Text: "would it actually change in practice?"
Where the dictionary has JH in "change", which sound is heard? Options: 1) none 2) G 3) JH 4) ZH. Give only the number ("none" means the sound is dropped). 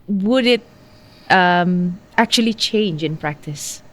3